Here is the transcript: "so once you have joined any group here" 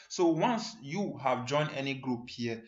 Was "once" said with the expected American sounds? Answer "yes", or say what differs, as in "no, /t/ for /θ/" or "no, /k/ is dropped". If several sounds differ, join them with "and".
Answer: yes